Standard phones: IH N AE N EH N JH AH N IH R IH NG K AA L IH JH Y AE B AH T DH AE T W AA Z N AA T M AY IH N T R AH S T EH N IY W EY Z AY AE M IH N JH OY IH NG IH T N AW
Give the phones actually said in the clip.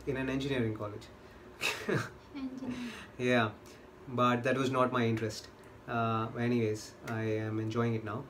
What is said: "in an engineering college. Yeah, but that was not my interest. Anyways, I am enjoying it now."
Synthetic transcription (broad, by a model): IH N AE N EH N JH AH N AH R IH NG K AA L IH JH Y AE B AH T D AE T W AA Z N AA T M AY IH N T R AH S T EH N IY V EY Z AY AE M IH N JH OY IH NG IH T N AW